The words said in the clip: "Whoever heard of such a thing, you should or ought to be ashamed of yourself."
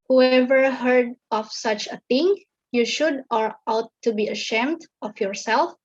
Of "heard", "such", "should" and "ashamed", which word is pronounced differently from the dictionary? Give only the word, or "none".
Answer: none